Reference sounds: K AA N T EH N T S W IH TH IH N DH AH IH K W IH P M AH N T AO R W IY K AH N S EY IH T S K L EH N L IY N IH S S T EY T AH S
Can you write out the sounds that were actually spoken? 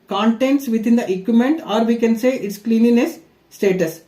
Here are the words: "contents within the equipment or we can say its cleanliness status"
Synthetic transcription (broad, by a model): K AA N T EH N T S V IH T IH N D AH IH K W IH M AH N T AO R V IY K AH N S EY IH T S K L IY N IY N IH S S T EY T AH S